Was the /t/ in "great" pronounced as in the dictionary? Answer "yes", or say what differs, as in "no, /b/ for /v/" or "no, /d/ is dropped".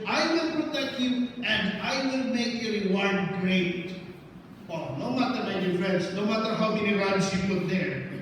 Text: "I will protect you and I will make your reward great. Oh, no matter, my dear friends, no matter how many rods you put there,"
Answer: yes